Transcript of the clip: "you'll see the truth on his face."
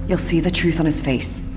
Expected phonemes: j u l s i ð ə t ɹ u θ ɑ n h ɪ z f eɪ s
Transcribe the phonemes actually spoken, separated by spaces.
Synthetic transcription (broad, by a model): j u l s i ð ə t ɹ u θ n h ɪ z f eɪ s